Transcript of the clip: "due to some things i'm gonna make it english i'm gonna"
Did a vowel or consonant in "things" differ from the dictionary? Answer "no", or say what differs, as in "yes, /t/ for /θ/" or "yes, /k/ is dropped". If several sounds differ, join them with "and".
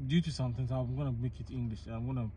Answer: yes, /t/ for /θ/